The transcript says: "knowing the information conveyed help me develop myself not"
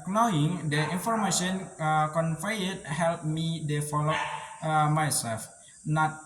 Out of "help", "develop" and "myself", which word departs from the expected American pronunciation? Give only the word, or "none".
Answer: develop